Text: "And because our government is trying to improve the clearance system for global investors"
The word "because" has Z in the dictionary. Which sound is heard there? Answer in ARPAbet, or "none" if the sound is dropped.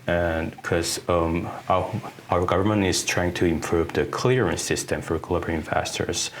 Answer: none